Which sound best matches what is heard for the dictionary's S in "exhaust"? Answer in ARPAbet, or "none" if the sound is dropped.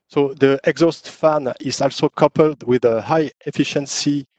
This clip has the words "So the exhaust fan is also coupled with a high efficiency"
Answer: S